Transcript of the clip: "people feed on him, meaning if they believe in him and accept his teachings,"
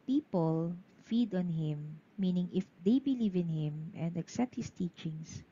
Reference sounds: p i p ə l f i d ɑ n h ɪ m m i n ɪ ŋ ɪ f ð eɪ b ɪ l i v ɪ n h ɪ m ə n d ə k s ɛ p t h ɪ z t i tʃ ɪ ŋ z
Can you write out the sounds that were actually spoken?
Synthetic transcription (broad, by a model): p i p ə l f i d ɑ n h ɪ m m i n ɪ ŋ ɪ f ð eɪ b ɪ l i v ɪ n h ɪ m ə n d ə k s ɛ p t h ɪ s t i tʃ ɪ ŋ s